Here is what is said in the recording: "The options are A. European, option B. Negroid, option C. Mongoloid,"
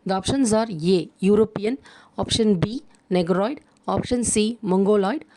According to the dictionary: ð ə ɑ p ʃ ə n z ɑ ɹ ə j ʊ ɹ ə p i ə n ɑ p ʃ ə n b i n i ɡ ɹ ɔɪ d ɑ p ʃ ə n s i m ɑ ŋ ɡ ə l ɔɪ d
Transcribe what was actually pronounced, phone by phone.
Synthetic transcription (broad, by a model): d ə ɑ p ʃ ə n z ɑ ɹ ə j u ɹ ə p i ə n ɑ p ʃ ə n b i n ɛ ɡ ɹ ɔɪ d ɑ p ʃ ə n s i m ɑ ŋ ɡ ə l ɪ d